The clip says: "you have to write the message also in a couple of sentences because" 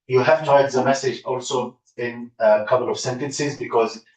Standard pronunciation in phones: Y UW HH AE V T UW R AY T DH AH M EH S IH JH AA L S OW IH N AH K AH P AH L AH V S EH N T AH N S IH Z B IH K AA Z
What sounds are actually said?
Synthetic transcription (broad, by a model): Y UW HH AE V T UW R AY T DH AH M EH S IH JH AA L S OW IH N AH K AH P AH L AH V S EH N T AH N S IH Z B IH K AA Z